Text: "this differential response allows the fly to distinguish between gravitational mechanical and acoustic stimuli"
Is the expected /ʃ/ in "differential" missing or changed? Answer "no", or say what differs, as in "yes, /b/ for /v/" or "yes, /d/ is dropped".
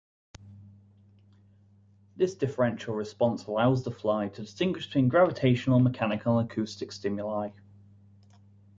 no